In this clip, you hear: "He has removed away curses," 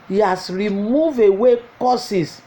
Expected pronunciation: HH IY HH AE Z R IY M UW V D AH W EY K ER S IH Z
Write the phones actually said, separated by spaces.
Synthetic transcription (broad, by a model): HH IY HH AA S R IY M UW V AH W EY K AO S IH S